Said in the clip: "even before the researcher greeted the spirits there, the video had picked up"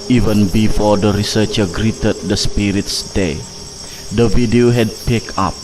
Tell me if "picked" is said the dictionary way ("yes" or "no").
no